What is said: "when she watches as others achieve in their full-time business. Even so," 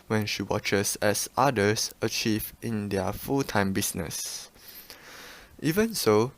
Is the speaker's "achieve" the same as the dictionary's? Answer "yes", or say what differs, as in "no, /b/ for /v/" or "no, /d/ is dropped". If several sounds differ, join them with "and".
yes